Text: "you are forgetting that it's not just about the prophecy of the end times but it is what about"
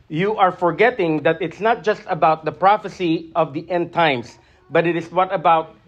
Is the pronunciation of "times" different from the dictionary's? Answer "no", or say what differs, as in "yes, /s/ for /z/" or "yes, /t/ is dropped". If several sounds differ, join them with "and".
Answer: yes, /s/ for /z/